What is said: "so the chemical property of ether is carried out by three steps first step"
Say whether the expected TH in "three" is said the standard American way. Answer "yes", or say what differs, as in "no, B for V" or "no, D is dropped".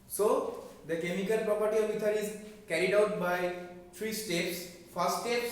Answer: no, T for TH